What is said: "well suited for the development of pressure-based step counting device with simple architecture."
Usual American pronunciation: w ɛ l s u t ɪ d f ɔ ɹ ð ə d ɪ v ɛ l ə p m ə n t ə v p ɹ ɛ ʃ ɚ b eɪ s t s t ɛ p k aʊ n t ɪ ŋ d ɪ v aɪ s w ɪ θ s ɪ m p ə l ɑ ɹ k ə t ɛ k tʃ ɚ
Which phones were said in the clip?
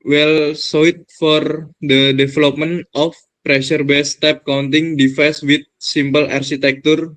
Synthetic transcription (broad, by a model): w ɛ l s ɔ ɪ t f ɔ ɹ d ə d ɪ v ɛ l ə p m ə n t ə f p ɹ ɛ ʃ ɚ b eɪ s t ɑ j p k aʊ n t ɪ ŋ d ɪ f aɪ s w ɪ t s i m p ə l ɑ ɹ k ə t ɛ k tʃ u